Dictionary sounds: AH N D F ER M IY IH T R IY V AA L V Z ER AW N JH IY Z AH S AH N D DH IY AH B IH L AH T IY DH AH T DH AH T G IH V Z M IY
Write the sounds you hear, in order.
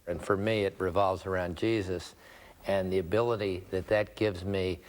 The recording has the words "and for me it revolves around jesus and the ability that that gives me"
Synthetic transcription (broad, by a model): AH N F ER M IY IH T R IY V AA L V Z ER AW N JH IY Z AH S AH N DH IY AH B IH L AH T IY DH AH T DH AH T G IH V Z M IY